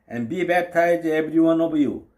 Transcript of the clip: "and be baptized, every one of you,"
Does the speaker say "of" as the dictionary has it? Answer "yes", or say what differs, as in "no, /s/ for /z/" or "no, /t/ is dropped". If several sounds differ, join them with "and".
no, /b/ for /v/